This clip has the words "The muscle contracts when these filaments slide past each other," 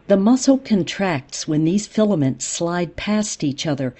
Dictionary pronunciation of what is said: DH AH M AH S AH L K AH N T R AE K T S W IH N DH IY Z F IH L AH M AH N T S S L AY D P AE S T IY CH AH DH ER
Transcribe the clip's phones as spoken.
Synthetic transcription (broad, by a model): DH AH M AH S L K AH N T R AE K T S W IH N DH IY Z F IH L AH M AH N T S S L AY D P AE S T IY CH AH DH ER